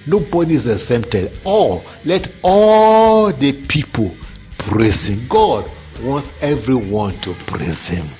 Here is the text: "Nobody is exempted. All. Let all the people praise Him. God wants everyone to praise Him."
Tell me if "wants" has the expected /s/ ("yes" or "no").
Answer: yes